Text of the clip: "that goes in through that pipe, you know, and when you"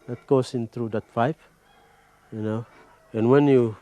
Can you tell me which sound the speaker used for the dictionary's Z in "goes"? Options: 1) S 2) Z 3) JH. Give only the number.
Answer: 1